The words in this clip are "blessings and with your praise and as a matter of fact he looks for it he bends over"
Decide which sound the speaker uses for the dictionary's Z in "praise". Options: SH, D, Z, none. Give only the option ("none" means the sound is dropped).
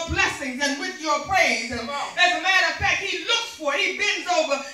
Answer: none